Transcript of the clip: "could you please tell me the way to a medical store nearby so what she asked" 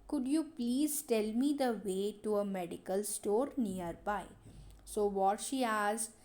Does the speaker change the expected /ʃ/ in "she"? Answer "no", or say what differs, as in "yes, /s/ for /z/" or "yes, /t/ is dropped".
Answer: no